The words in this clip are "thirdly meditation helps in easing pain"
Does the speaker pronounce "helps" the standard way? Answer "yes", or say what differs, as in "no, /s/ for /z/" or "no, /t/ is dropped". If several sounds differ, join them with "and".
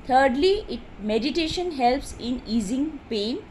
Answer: yes